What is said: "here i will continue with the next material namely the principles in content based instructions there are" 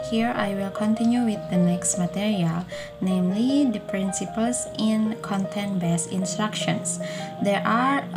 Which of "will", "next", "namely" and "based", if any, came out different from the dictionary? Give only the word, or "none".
based